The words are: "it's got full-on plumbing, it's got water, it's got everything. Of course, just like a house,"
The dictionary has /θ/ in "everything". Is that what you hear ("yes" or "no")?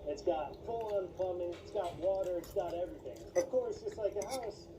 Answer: yes